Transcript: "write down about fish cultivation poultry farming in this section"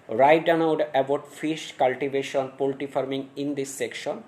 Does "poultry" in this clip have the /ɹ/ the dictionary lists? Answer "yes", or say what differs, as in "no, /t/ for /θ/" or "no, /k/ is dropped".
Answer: no, /ɹ/ is dropped